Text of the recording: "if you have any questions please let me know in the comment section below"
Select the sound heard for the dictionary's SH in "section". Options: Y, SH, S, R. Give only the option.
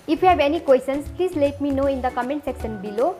S